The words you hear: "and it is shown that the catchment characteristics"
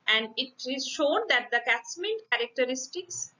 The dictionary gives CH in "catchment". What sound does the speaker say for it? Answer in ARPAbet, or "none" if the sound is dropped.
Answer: S